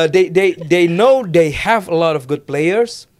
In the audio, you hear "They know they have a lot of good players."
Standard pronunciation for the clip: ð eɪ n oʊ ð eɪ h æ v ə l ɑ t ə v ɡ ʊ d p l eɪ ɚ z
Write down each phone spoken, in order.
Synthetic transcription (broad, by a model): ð eɪ n oʊ ð eɪ h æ v ə l ɑ t ə v ɡ ʊ d p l eɪ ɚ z